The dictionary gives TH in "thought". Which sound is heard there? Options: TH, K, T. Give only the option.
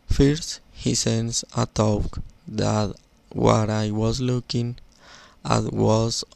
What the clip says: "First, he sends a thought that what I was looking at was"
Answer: T